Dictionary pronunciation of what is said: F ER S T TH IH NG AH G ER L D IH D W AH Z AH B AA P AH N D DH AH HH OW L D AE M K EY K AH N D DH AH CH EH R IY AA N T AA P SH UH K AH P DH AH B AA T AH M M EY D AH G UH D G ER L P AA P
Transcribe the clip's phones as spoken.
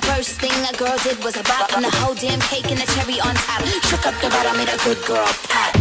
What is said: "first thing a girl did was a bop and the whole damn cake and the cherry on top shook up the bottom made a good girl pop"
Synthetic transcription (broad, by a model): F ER S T TH IH NG AH G ER L D IH D W AH Z AH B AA AH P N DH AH HH OW L D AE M K EY K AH N DH AH CH EH R IY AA N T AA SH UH K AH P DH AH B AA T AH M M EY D AH G UH D G ER L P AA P